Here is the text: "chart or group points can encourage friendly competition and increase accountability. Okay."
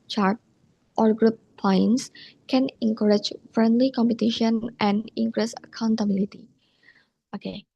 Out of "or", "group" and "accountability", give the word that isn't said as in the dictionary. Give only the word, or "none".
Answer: none